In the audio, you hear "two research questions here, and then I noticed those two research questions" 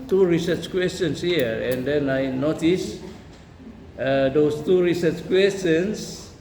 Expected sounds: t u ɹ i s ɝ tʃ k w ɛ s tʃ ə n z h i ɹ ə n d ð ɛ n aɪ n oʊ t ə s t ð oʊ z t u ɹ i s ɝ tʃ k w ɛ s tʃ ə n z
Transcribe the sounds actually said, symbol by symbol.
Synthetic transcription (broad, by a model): t u ɹ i s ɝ tʃ k w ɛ s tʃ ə n s h i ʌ ə n d ɛ n aɪ n oʊ t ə s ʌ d oʊ s t u ɹ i s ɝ tʃ k w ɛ s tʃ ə n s